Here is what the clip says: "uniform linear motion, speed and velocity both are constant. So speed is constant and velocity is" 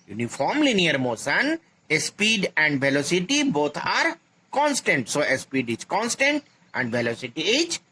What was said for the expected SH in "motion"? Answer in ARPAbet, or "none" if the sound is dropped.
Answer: S